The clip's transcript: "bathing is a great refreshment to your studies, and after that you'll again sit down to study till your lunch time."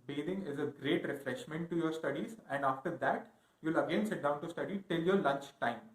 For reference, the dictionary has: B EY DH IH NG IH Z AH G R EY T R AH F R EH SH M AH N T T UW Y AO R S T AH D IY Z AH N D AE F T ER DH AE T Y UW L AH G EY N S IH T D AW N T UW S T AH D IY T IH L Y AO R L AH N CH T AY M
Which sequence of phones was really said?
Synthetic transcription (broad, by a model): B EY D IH NG IH Z AH G R EY T R AH F R EH SH M AH N T T UW Y AO R S T AH D IY Z AH N D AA F T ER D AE T Y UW L AH G EY N S IH T D AW N T UW S T AH D IY T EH L Y AO R L AH N CH T AY M